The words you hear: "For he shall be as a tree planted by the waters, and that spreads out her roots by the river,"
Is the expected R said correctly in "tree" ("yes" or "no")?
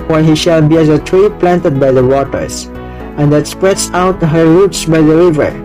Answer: yes